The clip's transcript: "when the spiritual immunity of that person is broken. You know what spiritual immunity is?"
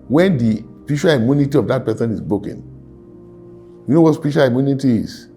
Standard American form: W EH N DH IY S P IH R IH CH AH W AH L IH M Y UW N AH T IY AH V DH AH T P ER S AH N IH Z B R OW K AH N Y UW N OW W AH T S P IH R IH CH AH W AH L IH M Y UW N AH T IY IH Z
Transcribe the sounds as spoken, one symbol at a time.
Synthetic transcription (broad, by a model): W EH N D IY S P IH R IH SH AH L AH IH M Y UW N AH T IY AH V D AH T P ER S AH N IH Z B OW K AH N Y UW N OW W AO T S P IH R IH SH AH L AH IH M Y UW N AH T IY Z